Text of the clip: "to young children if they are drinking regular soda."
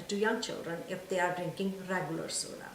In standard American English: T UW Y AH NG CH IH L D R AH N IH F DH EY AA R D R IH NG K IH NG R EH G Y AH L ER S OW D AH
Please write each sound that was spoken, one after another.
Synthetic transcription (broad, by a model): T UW Y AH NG CH IH L D R AH N IH F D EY AA R D R IH NG K IH NG R EH G Y AH L ER S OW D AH